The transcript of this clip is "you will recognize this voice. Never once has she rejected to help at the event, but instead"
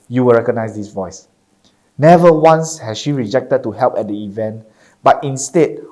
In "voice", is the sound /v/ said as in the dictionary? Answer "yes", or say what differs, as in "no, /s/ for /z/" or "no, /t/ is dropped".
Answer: yes